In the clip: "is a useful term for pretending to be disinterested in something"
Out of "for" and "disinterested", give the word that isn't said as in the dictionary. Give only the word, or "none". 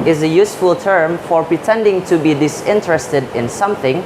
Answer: none